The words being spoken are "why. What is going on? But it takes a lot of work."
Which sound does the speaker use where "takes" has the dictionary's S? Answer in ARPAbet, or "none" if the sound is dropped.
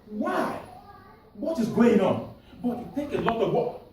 none